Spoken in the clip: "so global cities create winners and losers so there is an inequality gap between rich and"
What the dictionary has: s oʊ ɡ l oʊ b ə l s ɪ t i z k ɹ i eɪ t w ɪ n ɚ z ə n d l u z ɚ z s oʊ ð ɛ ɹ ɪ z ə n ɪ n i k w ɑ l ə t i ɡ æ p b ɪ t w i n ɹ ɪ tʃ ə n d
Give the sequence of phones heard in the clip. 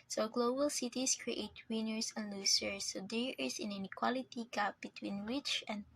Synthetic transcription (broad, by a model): s oʊ ɡ l oʊ b ə l s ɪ t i s k ɹ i eɪ t w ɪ n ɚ s ə n d l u s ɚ s oʊ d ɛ ɹ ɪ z ə n ɪ n i k w ɑ l ə t i ɡ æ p b ɪ t w i n w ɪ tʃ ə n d